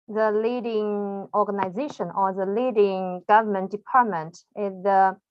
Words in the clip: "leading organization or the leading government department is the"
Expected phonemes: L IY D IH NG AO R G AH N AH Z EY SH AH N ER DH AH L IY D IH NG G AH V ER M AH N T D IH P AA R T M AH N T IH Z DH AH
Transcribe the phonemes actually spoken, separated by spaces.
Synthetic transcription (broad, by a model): L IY D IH NG AO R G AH N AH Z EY SH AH N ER DH AH L IY D IH NG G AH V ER M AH N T D IH P AA R T M AH N T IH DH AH